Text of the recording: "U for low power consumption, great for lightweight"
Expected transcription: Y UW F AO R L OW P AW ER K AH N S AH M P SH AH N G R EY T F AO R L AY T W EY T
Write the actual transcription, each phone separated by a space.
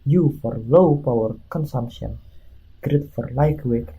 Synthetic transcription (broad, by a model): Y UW F AO R L OW P AW ER K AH N S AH M P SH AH N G R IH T F AO R L AY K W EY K